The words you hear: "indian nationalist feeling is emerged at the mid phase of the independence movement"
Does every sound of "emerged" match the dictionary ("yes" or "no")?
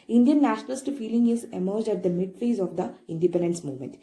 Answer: yes